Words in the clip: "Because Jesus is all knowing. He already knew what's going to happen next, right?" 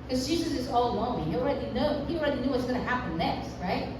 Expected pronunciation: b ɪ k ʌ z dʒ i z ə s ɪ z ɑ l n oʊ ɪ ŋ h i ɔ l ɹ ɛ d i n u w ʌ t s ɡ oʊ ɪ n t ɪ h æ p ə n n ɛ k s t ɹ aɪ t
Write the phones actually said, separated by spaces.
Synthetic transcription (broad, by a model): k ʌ z dʒ i z ə s ɪ z ɑ l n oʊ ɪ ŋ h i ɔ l ɹ ɛ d i n u w ʌ t s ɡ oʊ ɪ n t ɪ h æ p ə n n ɛ k s t ɹ aɪ t